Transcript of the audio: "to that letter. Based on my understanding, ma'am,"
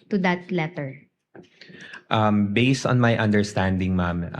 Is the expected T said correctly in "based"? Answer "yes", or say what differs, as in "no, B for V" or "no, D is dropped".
yes